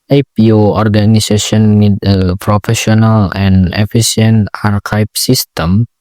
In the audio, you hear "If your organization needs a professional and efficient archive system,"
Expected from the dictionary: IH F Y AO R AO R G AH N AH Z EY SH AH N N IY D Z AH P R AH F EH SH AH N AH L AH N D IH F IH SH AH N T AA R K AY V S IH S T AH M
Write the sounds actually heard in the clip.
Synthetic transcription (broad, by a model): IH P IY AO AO R G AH N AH S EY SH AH N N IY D AH P R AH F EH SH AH N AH L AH N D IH F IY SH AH N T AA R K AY P S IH S T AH M